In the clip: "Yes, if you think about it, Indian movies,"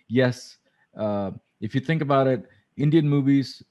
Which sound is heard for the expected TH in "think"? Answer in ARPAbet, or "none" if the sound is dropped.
TH